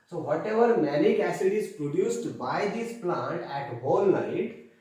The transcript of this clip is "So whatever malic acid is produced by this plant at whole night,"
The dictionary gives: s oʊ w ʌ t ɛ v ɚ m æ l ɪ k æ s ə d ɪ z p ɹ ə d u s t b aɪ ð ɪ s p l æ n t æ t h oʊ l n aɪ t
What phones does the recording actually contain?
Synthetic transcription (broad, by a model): s oʊ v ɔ t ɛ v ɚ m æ n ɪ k æ s ə d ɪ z p ɹ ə d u s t b aɪ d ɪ s p l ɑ n t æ t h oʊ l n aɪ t